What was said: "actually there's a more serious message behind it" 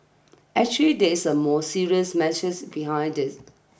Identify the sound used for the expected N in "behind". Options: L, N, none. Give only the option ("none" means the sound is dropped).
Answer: N